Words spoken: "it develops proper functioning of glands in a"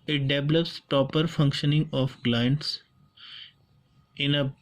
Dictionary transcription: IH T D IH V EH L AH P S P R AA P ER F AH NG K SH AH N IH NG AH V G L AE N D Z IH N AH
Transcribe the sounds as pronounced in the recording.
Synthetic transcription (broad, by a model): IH T D IH V EH L AH P S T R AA P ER F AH NG K SH AH N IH NG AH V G L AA N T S IH N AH